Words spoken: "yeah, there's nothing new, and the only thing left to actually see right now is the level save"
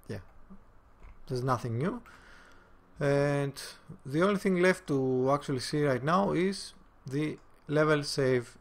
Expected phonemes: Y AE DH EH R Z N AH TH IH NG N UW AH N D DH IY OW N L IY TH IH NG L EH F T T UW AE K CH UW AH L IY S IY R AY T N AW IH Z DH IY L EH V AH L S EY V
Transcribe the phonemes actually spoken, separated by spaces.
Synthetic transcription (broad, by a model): Y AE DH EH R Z N AH TH IH NG N UW AH N D DH IY OW N L IY TH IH NG L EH F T T UW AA K CH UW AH L IY S IY R AY T N AW IH Z DH IY L EH V AH L S EY V